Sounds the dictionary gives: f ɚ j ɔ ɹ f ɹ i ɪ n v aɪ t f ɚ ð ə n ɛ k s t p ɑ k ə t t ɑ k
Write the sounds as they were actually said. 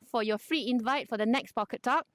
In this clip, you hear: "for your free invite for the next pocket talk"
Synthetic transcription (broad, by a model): f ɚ j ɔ f ɹ i ɪ n v aɪ t f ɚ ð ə n ɛ k s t p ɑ k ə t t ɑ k